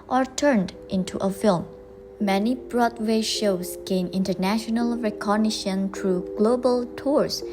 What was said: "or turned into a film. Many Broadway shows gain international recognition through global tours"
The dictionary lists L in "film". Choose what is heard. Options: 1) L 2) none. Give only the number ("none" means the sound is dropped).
1